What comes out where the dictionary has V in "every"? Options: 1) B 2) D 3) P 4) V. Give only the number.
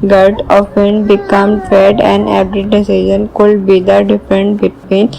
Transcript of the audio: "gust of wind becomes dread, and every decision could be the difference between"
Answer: 3